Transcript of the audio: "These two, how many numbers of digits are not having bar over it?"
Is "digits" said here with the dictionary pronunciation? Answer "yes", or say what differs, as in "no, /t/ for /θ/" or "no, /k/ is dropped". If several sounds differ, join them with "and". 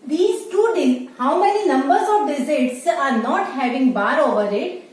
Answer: no, /z/ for /dʒ/